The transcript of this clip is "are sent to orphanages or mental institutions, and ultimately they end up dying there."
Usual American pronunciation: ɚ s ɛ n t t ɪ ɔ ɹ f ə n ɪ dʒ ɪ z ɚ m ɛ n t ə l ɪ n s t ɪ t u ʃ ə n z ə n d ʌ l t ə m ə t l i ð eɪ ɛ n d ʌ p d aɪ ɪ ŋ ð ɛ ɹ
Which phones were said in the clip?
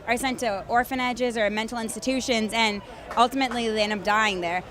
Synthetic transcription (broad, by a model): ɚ s ɛ n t t ɪ ɔ ɹ f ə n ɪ dʒ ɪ z ɚ m ɛ n t l ɪ n s t ɪ t u ʃ ə n z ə n ʌ l t ə m ə t l i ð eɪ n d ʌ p d aɪ ɪ ŋ ð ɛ ɹ